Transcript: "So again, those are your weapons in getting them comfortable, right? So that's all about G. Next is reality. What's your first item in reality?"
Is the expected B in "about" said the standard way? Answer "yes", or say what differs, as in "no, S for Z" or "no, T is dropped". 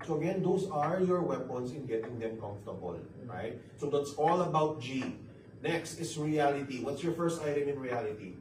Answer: yes